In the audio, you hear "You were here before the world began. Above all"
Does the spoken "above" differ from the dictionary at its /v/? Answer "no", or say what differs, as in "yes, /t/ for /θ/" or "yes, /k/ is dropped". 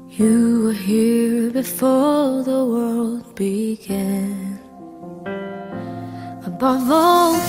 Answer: no